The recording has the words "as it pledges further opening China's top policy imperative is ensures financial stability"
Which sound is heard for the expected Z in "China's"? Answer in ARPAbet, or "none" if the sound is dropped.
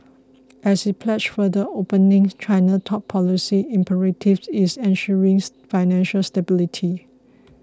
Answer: none